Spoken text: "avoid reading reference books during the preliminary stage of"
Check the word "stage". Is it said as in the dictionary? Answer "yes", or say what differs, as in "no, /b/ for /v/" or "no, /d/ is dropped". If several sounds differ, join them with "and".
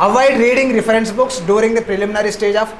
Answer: yes